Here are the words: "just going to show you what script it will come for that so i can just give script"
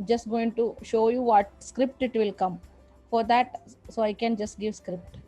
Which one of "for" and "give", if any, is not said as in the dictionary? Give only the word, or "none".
none